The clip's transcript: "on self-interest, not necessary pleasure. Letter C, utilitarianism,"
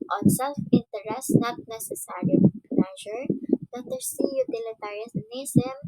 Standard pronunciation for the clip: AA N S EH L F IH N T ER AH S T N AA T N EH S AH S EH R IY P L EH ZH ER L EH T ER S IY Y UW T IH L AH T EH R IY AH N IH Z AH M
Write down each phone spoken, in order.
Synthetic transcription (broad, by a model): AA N S EH L F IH N T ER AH S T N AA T N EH S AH S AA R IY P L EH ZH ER N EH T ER S IY Y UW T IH L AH T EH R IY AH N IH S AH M